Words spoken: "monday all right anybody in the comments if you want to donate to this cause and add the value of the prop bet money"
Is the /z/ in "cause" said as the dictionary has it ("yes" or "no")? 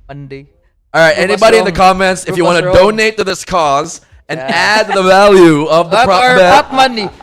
yes